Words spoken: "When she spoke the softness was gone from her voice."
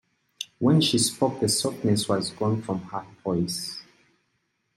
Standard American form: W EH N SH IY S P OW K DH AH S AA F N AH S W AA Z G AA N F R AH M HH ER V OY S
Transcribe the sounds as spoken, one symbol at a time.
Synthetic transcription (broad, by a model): W EH N SH IY S P OW K DH AH S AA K N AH S W AA Z G AA N F R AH M HH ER P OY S